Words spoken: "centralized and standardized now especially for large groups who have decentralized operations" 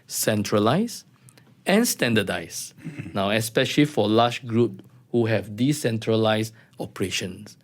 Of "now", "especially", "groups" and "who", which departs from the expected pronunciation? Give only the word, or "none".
groups